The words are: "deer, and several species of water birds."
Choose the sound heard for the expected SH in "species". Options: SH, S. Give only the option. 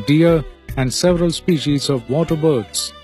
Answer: SH